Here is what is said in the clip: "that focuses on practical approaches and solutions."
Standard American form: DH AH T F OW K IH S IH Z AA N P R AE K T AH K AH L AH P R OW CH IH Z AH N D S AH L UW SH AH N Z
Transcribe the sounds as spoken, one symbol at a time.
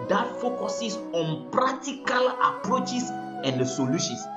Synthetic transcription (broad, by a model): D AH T F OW K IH S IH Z AA N P R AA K T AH K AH L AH P R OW CH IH S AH N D S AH L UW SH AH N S